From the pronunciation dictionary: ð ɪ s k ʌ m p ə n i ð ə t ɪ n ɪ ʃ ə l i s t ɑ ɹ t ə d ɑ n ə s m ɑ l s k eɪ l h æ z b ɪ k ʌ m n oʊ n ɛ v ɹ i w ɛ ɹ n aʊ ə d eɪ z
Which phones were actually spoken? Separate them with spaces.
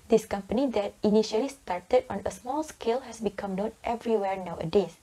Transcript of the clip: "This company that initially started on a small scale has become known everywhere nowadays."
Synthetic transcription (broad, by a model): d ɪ s k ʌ m p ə n i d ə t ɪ n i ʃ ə l i s t ɑ ɹ t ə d ɑ n ə s m ɑ l s k eɪ l h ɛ s b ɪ k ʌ m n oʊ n ɛ v ɹ i w ɛ ɹ n aʊ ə d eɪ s